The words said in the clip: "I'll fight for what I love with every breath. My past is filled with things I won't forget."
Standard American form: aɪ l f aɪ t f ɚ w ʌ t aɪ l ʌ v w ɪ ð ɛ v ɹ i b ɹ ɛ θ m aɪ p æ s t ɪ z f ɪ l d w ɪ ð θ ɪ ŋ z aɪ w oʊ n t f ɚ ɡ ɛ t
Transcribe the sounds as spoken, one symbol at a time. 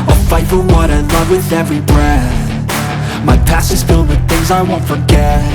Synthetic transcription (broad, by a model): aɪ f aɪ t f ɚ w ʌ t aɪ l ʌ v w ɪ ð ɛ v ɹ i b ɹ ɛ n m aɪ p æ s ɪ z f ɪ l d w ɪ ð θ ɪ ŋ z aɪ w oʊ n t f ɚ ɡ ɛ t